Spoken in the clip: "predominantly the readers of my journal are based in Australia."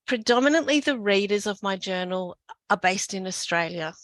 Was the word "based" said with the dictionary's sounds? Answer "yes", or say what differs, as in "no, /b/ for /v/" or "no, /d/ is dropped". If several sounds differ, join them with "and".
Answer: yes